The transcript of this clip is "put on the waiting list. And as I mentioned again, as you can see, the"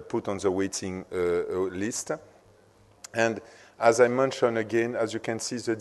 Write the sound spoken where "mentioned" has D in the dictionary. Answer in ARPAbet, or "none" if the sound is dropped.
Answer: none